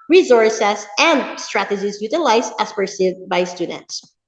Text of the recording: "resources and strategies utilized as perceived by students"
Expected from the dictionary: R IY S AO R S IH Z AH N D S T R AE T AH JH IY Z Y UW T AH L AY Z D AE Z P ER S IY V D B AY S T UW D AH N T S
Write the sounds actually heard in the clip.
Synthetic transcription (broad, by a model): R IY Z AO R S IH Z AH N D S T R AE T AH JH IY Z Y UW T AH L AY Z AE S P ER S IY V B AY S T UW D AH N T S